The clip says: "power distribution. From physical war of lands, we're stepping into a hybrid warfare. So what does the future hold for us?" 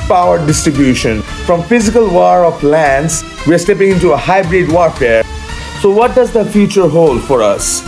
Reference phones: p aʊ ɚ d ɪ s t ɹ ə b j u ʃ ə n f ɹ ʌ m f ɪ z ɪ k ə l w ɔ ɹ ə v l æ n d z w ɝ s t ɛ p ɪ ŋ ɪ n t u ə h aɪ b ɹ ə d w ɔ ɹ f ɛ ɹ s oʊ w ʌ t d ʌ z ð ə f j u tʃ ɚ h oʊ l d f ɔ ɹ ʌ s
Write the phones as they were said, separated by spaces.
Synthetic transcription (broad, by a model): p aʊ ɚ d ɪ s t ɹ ə b j u ʃ ə n f ɹ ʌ m f ɪ z ɪ k ə l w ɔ ɹ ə p l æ n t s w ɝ s t ɛ p ɪ ŋ ɪ n t u ə h aɪ b ɹ ə d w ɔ ɹ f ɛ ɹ s oʊ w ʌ t d ʌ z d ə f j u tʃ ɚ h oʊ l d f ɔ ɹ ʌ s